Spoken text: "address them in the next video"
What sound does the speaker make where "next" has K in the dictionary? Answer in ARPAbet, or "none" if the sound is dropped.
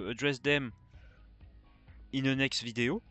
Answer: K